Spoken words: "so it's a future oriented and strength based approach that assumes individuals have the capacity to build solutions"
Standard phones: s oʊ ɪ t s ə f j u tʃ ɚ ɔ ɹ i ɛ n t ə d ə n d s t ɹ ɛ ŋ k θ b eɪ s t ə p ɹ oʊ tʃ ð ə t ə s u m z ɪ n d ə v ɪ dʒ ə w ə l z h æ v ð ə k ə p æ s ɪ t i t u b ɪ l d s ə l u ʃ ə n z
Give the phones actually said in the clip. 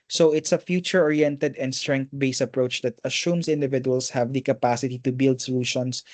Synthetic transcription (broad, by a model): s oʊ ɪ t s ə f j u tʃ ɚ ɔ ɹ i ɛ n t ə d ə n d s t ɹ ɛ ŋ k t b eɪ s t ə p ɹ oʊ tʃ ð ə t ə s u m s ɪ n d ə v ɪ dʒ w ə l s h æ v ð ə k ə p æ s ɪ t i t u b ɪ l d s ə l u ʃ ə n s